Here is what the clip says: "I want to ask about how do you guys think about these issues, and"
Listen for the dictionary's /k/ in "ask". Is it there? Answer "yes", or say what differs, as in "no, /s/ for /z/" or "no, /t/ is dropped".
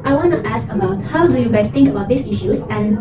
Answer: yes